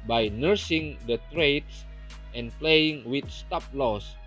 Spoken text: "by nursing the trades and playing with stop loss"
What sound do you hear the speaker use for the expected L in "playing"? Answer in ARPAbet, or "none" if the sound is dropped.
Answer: L